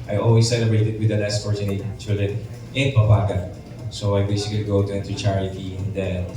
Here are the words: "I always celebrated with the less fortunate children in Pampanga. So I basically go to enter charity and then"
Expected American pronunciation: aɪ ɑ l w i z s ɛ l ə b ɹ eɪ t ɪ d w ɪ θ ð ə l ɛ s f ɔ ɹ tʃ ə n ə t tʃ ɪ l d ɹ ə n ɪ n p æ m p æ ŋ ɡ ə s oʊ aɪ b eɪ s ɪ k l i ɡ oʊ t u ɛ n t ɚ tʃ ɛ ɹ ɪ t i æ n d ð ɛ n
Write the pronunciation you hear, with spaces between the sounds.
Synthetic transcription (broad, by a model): aɪ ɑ l w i s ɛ l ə b ɹ eɪ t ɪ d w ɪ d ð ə n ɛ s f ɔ ɹ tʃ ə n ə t tʃ ɪ l d ɹ ə n ɪ n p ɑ p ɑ ɡ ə s oʊ aɪ b eɪ s ɪ k l i ɡ oʊ t u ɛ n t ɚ tʃ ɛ ɹ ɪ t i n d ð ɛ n